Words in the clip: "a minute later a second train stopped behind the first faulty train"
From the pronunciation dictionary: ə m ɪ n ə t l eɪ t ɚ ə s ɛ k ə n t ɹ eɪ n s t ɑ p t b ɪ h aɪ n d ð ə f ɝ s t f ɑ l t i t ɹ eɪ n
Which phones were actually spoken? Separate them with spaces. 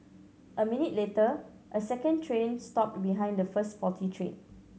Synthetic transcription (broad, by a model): ə m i n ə t l eɪ t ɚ ə s ɛ k ə n t ɹ eɪ n s t ɑ p t b ɪ h aɪ n d ə f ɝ s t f ɑ t i t ɹ eɪ n